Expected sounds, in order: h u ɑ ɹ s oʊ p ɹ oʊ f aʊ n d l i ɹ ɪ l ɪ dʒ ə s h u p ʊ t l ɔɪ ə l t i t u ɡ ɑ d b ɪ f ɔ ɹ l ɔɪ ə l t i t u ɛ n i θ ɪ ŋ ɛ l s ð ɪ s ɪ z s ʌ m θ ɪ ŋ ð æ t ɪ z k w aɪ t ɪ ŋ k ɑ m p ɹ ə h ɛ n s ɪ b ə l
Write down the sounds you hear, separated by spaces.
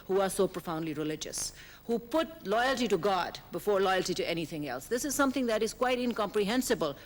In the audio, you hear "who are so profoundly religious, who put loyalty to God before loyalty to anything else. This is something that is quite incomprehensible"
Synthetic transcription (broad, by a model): h u ɑ ɹ s oʊ p ɹ oʊ f aʊ n d l i ɹ ɪ l ɪ dʒ ə s h u p ʊ t l ɔɪ ə l t i t u ɡ ɑ d b ɪ f ɔ ɹ l ɔɪ ə l t i t u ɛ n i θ ɪ ŋ ɛ l s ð ɪ s ɪ z s ʌ m t ɪ ŋ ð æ t ɪ z k w aɪ t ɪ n k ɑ m p ɹ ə h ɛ n s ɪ b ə l